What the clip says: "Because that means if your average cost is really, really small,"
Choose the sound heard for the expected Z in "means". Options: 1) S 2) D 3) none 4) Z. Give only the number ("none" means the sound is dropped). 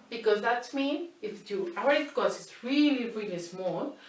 3